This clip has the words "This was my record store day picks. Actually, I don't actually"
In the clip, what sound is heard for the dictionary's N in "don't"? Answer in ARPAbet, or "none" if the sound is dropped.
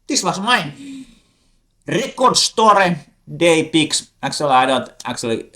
L